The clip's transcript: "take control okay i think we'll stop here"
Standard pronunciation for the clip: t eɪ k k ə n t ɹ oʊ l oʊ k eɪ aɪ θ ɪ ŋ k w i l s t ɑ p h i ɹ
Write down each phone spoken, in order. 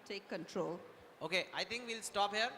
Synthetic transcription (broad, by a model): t eɪ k k ə n t ɹ oʊ l oʊ k eɪ aɪ t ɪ ŋ k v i l s t ɑ p h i ɹ